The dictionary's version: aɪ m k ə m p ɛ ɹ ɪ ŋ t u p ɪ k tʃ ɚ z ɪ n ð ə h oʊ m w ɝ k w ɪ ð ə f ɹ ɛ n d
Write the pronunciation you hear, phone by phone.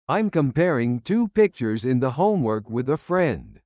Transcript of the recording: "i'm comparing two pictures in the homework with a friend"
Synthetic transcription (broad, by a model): aɪ m k ə m p ɛ ɹ ɪ ŋ t u p ɪ k tʃ ɚ z ɪ n ð ə h oʊ m w ɝ k w ɪ ð ə f ɹ ɛ n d